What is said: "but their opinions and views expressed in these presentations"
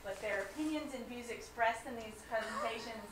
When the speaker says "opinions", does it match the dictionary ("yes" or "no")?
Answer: yes